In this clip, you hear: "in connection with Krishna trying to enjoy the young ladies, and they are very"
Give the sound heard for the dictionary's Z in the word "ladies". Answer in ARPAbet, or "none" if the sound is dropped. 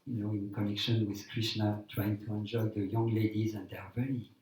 Z